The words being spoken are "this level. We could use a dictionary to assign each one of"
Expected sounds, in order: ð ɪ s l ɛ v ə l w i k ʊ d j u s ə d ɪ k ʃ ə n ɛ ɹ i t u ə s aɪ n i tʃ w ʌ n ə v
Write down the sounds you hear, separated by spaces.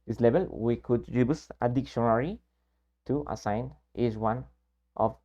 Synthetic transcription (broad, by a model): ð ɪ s l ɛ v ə l w i k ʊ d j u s ə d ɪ k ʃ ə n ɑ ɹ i t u ə s aɪ n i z w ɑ n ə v